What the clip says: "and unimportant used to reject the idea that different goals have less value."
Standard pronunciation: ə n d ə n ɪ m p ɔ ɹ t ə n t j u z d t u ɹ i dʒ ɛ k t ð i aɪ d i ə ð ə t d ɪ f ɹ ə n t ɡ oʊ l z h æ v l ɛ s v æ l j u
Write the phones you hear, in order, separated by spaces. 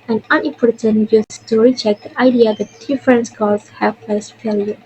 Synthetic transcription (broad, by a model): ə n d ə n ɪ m p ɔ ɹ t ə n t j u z t u ɹ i tʃ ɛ k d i aɪ d i ə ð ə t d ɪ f ɹ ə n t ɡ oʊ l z h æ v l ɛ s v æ l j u